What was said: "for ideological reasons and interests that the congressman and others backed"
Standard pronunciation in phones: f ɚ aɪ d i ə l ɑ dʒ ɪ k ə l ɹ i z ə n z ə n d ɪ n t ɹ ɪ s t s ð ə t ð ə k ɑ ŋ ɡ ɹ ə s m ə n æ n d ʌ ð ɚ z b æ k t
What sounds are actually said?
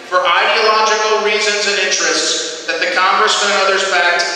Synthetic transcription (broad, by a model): f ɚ aɪ d i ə l ɑ dʒ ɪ k l ɹ i z ə n z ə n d ɪ n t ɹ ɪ s t s ð ə t ð ə k ɑ ŋ ɡ ɹ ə s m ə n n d ʌ ð ɚ z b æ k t